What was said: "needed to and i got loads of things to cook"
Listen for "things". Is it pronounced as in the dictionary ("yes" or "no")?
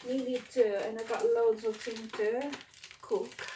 no